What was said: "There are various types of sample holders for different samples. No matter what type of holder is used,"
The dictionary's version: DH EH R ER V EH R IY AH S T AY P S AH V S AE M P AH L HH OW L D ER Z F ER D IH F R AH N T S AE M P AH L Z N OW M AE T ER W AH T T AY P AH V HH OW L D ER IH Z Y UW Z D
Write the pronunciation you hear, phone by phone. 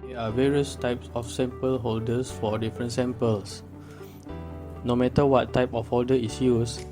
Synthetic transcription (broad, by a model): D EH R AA V EH R IY AH S T AY P S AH F S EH M P AH L HH OW L D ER S F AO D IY F R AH N T S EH M P AH L S N OW M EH T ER W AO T T AY P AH F HH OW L D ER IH S Y UW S